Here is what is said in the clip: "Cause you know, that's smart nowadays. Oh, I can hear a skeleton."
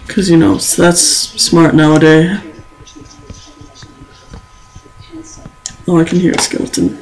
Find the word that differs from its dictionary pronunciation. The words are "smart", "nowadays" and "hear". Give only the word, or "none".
nowadays